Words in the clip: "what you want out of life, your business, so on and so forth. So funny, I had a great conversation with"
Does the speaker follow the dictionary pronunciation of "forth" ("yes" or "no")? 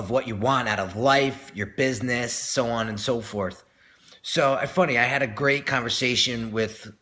yes